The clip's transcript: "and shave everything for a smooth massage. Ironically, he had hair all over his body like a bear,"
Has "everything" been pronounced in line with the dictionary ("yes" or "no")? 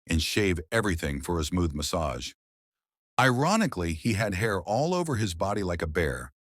yes